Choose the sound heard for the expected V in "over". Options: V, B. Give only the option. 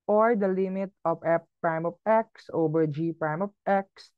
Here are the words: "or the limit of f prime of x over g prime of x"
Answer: B